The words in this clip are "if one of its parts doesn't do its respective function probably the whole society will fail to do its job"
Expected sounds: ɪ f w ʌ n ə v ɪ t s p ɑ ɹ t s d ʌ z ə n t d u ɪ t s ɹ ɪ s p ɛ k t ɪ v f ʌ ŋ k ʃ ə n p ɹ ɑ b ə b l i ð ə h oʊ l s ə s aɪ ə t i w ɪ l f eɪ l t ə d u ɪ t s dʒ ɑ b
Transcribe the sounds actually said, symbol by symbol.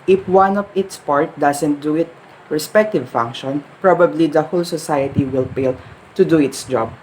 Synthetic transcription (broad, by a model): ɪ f w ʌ n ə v ɪ t s p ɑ ɹ t d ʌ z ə n t d u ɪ t ɹ ɪ s p ɛ k t ɪ v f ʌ ŋ k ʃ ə n p ɹ ɑ b ə b l i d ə h oʊ l s ə s aɪ ə t i w ɪ l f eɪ l t ə d u ɪ t s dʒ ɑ b